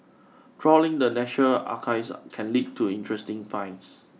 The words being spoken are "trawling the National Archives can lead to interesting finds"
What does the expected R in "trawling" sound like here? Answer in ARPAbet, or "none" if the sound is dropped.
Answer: R